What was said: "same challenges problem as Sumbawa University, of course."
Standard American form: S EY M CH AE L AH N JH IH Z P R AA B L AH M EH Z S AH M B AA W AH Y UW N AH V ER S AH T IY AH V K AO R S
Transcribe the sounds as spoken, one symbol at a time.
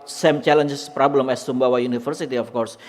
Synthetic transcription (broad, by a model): S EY M CH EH L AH N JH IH S P R AA B L AH M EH S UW M B AA W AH Y UW N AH F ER S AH T IY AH F K AO R S